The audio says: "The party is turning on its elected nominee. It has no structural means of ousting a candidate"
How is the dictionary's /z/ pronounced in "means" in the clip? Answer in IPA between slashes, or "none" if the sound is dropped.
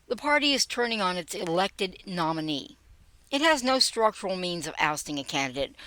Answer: /z/